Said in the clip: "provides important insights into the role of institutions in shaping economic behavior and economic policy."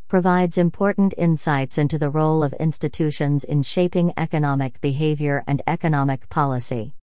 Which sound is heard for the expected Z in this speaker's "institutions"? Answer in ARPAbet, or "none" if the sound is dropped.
Z